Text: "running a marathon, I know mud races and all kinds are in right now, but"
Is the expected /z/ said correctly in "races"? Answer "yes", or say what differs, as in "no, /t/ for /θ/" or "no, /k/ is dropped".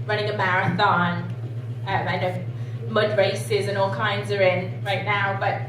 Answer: yes